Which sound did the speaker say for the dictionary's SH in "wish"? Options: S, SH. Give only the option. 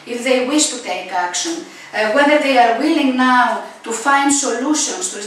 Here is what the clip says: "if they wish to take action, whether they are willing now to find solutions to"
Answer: SH